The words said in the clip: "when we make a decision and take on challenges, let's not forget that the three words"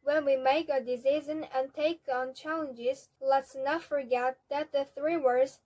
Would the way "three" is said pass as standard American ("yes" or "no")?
yes